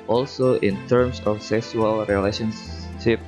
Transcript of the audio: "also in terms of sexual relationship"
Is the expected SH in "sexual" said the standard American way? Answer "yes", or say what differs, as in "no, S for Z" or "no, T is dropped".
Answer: no, S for SH